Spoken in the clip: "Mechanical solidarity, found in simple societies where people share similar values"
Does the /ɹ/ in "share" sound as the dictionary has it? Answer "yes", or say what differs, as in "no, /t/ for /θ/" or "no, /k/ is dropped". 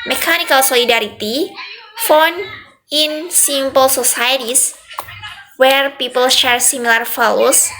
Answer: yes